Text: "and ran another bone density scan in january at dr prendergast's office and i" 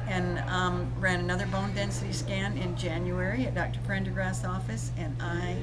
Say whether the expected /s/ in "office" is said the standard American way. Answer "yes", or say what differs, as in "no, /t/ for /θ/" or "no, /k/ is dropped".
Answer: yes